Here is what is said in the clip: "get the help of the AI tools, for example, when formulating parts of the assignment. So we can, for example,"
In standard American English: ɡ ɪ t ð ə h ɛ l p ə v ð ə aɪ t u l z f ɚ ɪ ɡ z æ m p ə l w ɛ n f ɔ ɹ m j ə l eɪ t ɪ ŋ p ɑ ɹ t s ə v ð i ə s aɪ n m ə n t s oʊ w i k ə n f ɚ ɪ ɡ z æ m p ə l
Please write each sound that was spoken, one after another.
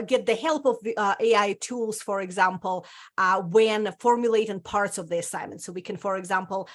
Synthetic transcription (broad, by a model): ɡ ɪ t ð ə h ɛ l p ə v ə aɪ t u l z f ɚ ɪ ɡ z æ m p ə l w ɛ n f ɔ ɹ m j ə l eɪ t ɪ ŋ p ɑ ɹ t s ə v ð i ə s aɪ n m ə n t s oʊ w i k ə n f ɚ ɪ ɡ z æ m p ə l